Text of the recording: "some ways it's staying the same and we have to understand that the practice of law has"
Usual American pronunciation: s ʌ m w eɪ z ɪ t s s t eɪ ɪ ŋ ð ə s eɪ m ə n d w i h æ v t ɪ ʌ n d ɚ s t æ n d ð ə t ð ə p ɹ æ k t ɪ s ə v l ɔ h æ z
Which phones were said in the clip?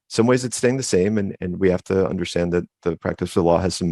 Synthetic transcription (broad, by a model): s ʌ m w eɪ z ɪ t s s t eɪ ɪ ŋ ð ə s eɪ m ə n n w i h æ f t ɪ ʌ n d ɚ s t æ n ð ə t ð ə p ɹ æ k t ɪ s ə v l ɔ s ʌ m